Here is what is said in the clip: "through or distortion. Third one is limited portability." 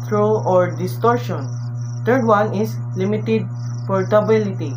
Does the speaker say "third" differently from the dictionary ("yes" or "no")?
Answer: yes